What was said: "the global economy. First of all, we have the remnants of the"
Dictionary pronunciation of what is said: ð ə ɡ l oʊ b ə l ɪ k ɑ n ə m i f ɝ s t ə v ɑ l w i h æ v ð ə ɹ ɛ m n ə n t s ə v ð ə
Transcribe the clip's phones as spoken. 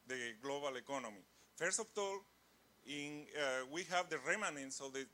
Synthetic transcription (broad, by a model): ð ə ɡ l oʊ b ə l ɪ k ɑ n ə m i f ɝ s t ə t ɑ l w i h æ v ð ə ɹ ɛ m n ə n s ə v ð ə